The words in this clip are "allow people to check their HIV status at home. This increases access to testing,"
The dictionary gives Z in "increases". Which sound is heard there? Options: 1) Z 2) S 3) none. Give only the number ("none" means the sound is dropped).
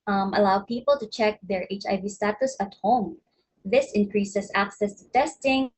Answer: 2